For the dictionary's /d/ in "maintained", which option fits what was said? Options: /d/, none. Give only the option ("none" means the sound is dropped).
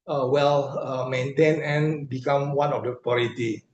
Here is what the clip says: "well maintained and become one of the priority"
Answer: none